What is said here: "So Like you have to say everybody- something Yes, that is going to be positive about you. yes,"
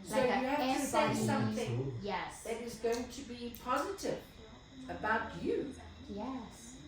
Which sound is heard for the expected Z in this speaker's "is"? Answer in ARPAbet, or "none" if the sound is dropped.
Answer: Z